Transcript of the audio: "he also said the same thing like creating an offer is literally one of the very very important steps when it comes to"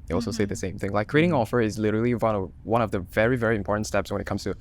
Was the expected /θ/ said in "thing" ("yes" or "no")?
yes